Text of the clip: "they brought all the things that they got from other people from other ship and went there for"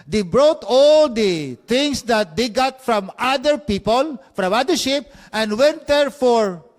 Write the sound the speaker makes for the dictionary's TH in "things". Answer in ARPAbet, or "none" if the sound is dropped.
T